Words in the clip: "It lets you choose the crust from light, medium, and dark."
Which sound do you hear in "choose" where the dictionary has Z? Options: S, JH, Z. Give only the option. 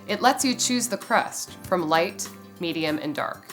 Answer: Z